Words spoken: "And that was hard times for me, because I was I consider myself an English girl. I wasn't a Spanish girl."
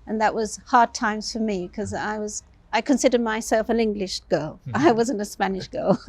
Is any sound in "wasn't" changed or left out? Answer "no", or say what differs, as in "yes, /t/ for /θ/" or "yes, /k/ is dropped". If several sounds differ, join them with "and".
no